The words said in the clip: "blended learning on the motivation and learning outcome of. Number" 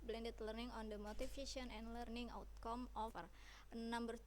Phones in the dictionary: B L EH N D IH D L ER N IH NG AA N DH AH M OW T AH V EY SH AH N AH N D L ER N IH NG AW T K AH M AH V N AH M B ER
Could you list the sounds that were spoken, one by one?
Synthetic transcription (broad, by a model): B L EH N D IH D L ER N IH NG AA N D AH M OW T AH F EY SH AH N AH N D L ER N IH NG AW T K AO M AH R N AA M B ER